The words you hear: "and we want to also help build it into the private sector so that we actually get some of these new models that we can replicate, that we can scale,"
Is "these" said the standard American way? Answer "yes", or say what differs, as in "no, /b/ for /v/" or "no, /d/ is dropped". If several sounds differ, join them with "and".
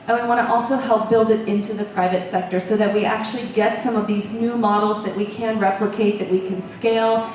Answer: yes